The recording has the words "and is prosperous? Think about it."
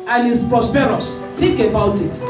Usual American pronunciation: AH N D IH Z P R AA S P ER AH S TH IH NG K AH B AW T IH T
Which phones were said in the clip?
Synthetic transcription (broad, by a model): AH N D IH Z P R AA S P ER AH S T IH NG K AH B AW T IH T